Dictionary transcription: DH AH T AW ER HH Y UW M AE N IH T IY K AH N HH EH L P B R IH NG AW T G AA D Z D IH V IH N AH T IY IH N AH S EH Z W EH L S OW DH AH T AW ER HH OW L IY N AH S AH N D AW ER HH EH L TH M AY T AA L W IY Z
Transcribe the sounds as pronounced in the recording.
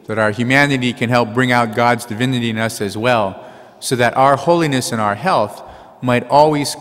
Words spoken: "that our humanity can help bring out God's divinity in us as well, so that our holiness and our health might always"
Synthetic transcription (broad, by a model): DH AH T AW ER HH Y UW M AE N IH T IY K AH N HH EH L P B R IH NG AW T G AA D Z D IH V IH N AH T IY IH N AH S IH Z W EH L S OW DH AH T AW ER HH OW L IY N AH S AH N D AW ER HH EH L TH M AY T AA L W IY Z